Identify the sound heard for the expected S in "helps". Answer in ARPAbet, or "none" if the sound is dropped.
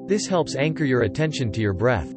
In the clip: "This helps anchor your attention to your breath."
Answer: S